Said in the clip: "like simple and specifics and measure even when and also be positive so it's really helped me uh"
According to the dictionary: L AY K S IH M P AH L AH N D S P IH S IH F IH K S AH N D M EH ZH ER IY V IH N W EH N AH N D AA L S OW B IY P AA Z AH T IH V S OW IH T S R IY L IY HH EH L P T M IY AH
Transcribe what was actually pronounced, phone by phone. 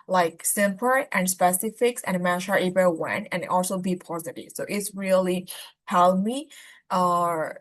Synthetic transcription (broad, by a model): L AY K S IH M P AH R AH N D S P IH S IH F IH K S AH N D M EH SH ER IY B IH W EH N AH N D AA L S OW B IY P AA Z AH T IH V S OW IH T S R IY L IY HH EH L M IY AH